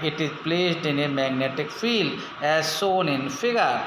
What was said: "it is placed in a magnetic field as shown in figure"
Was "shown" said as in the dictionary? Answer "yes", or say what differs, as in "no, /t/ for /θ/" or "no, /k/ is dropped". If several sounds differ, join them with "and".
no, /s/ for /ʃ/